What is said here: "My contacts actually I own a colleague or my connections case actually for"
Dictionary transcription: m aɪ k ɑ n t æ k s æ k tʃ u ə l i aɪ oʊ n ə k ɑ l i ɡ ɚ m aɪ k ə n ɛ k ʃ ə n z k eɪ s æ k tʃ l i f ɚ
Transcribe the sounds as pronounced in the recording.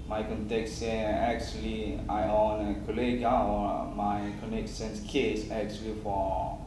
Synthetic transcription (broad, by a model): m aɪ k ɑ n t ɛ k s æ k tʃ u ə l i aɪ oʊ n ə k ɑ l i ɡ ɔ m aɪ k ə n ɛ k s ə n s k eɪ s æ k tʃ l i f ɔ